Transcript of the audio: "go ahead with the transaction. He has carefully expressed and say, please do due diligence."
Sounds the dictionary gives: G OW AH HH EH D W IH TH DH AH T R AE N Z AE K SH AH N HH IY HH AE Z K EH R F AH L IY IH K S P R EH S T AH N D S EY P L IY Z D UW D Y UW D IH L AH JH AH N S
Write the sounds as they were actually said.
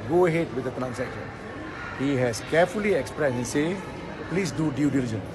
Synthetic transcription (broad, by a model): G OW AH HH EH D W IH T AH T R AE N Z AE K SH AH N HH IY HH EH S K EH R F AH L IY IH K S P R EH S AH N S EY P L IY S D UW D Y UW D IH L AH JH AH N